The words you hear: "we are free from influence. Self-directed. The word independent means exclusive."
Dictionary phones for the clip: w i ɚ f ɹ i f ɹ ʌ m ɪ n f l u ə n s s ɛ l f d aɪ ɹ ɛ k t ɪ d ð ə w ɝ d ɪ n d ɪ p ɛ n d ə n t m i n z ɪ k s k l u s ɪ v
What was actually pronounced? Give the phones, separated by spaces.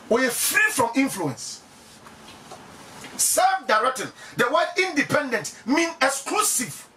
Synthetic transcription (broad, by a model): w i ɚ f ɹ i f ɹ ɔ m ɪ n f l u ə n s s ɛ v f d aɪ ɹ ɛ k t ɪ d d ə w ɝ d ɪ n d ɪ p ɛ n d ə n t m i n ɪ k s k l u s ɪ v